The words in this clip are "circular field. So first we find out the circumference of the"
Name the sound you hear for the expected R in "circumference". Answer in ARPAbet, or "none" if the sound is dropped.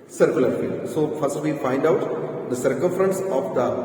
R